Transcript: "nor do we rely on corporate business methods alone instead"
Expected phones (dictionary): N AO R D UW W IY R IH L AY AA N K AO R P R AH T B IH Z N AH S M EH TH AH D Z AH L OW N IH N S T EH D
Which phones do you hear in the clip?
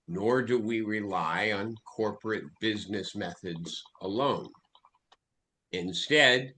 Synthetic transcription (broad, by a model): N AO R D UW W IY R IH L AY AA N K AO R P R AH T B IH Z N AH S M EH TH AH D Z AH L OW N IH N S T EH D